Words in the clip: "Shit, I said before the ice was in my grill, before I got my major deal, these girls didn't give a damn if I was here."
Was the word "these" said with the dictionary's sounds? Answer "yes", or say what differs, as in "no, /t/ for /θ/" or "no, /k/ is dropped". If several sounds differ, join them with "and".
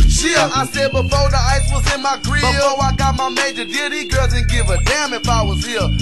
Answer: no, /z/ is dropped